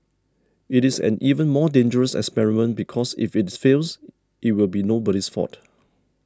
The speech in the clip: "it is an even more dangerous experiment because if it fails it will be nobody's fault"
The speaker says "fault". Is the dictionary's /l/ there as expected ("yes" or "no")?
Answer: no